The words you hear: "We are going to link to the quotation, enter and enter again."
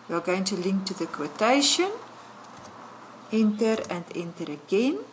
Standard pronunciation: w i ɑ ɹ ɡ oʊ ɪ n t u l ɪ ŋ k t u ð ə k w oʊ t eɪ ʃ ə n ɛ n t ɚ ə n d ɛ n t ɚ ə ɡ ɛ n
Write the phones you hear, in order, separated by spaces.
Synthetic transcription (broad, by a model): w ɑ l ɡ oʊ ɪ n t u l ɪ ŋ k t u ð ə k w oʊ t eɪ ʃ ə n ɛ n t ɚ ə n d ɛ n t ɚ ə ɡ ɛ n